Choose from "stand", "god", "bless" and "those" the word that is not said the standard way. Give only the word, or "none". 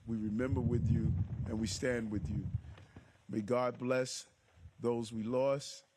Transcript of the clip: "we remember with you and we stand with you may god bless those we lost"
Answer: none